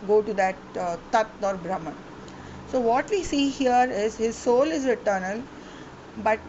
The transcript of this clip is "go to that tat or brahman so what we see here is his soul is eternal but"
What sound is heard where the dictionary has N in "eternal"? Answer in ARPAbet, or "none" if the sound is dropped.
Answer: N